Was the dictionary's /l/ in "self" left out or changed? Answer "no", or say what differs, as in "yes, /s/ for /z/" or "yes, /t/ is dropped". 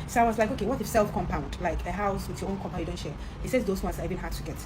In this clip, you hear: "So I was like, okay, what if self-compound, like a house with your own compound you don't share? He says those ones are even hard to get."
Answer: no